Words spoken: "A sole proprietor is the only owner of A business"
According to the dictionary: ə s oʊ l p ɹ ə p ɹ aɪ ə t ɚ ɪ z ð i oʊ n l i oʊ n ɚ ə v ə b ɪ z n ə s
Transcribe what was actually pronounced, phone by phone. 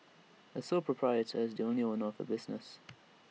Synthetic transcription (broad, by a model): ə s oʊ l p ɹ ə p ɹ aɪ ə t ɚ ɪ z ð i oʊ n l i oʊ n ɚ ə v ə b ɪ z n ə s